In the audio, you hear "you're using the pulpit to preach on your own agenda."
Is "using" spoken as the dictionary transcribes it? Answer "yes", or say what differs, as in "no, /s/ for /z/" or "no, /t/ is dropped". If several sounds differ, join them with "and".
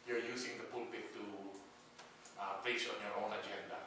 no, /s/ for /z/